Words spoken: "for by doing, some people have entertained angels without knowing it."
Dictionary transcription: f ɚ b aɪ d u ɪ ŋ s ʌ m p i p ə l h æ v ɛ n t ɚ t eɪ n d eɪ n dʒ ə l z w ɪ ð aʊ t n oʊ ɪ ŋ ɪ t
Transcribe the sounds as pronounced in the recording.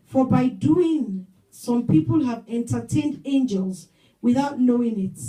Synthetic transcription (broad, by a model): f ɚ b aɪ d u ɪ ŋ s ʌ m p i p ə l h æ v ɛ n t ɚ t eɪ n d eɪ n dʒ ə l z w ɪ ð aʊ t n oʊ ɪ ŋ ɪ t